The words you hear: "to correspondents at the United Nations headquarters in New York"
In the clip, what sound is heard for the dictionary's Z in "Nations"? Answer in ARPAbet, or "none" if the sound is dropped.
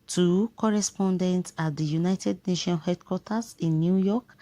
none